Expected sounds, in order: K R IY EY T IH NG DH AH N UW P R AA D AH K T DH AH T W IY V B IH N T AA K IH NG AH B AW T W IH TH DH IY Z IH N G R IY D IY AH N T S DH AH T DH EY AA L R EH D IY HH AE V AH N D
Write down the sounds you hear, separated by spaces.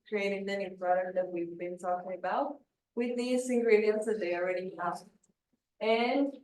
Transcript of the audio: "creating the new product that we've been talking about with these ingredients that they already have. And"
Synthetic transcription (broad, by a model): K R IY EY T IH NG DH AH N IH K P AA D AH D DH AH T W IY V B IH N T AA K IH NG AH B AW T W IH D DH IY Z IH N G R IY D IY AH N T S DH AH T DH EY AA L R EH D IY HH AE F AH N D